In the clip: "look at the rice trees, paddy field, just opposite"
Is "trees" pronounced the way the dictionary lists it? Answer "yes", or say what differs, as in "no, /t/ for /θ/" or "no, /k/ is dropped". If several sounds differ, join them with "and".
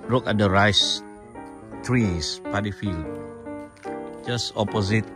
no, /s/ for /z/